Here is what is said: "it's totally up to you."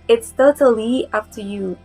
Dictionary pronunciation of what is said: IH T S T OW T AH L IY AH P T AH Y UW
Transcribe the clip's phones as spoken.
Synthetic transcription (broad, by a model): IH T S T OW T AH L IY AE F T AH Y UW